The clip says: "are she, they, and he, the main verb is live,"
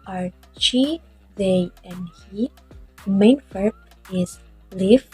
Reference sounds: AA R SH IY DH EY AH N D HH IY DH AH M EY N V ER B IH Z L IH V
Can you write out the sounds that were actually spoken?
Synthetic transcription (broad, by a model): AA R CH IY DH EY AH N D HH IY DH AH M EY N F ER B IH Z L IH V